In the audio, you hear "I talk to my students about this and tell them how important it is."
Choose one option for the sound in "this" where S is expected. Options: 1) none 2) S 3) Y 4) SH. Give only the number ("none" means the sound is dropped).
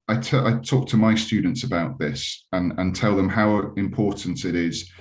2